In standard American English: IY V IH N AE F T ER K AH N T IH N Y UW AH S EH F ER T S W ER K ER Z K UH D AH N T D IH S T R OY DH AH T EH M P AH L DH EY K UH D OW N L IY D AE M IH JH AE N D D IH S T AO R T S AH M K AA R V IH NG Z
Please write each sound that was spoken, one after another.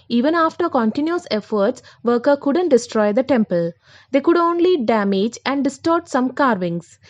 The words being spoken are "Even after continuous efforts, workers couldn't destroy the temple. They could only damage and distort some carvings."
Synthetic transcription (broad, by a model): IY V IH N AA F T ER K AH N T IH N Y UW AH S EH F ER T S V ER K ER K UH D AH N T D IH S T R OY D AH T EH M P AH L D EY K UH D OW N L IY D AE M IH JH AE N D D IH S T AO R T S AH M K AA R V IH NG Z